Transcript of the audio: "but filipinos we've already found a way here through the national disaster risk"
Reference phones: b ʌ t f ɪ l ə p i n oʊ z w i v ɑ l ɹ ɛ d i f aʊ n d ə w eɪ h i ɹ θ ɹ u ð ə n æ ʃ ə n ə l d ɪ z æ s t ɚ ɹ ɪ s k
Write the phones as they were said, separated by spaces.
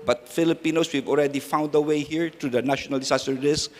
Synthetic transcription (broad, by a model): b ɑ t f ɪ l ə p i n oʊ s w i v ɑ l ɹ ɛ d i f aʊ n d ə w eɪ h i ɹ t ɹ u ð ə n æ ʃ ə n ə l d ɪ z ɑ s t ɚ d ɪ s